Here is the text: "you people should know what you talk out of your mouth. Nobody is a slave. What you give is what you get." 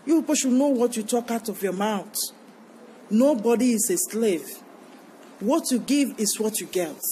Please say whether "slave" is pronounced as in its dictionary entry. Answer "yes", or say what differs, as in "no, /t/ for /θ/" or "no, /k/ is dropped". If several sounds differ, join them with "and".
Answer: yes